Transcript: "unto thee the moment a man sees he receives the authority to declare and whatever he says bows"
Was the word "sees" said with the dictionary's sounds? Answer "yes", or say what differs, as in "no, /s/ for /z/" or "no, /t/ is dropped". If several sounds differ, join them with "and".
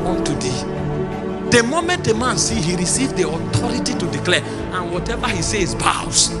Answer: no, /z/ is dropped